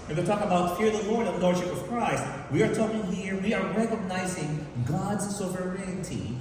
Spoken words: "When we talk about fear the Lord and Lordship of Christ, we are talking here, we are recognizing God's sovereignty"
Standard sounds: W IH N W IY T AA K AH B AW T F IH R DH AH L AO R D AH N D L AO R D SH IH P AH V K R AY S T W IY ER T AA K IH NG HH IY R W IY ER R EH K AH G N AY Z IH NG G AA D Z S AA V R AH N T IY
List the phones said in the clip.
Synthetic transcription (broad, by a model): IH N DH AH T AA K AH B AW T F IH R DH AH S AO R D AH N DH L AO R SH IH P AH V K R AY S T W IY ER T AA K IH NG HH IY R W IY ER R EH K AH G N AY Z IH NG G AA D Z S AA V R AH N T IY